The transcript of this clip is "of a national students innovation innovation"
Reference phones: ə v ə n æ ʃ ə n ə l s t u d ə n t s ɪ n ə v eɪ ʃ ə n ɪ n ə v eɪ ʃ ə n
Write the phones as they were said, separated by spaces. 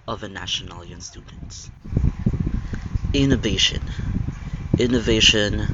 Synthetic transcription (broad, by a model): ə v ə n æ ʃ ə n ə n s t u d n t s ɪ n ə v eɪ ʃ ə n ɪ n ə v eɪ ʃ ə n